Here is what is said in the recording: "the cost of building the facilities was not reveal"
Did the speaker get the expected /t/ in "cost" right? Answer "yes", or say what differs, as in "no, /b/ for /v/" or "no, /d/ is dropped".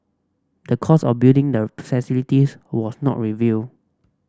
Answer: no, /t/ is dropped